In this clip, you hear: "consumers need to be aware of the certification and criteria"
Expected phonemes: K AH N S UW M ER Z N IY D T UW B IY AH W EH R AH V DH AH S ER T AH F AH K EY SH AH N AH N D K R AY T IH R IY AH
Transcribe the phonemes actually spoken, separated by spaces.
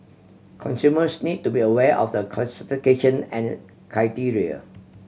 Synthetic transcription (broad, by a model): K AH N S UW M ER S N IY D T UW B IY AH W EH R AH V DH AH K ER S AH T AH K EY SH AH N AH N K R AY T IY R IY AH